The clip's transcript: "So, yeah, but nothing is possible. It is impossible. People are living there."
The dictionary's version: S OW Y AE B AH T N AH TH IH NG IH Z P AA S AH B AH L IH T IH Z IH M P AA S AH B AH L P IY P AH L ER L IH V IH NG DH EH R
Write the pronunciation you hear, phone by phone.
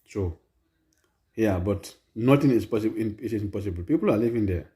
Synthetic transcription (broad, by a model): S OW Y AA B AH T N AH T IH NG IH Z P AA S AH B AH N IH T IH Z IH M P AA S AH B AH L P IY P AH L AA L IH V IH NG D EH